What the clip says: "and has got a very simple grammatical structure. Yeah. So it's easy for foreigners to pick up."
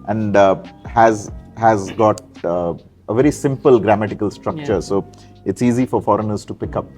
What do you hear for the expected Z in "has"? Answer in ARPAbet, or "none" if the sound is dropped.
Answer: Z